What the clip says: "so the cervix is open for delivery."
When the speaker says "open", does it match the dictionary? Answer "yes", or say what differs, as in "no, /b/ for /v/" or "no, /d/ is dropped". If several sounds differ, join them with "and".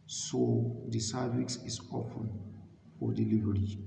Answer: no, /f/ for /p/